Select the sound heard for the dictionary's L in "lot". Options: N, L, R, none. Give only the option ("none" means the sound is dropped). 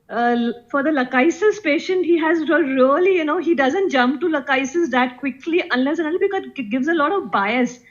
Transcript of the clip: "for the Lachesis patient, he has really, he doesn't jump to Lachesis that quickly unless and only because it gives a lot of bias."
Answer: L